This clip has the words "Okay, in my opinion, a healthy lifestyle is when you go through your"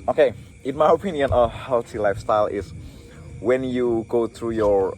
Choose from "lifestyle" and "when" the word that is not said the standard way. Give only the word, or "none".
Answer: none